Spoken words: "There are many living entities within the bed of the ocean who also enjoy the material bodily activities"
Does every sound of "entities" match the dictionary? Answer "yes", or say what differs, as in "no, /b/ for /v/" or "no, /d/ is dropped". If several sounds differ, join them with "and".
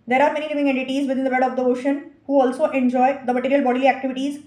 yes